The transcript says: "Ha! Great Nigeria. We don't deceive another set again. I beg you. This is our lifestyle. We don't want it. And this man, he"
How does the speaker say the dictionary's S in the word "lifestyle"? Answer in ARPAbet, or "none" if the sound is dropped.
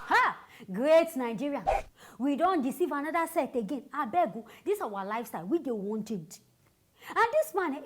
S